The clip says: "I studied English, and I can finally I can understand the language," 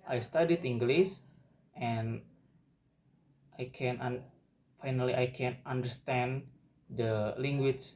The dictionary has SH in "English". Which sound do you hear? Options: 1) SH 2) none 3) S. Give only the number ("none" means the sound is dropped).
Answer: 3